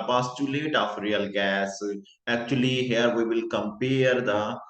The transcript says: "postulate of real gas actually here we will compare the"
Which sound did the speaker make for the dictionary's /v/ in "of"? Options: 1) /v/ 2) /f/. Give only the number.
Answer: 2